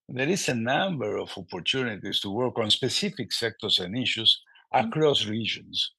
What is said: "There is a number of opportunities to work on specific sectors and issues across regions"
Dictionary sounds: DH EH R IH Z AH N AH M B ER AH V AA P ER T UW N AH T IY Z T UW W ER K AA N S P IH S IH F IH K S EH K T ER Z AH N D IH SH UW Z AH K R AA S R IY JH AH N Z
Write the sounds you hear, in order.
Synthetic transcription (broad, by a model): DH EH R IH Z AH N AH M B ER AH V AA P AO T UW N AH T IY S T UW W ER K AA N S P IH S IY F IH K S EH K T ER S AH N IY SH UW S AH K R AA S R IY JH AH N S